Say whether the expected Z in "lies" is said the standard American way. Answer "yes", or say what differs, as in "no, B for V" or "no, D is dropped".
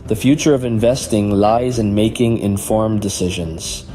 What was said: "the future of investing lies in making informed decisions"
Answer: yes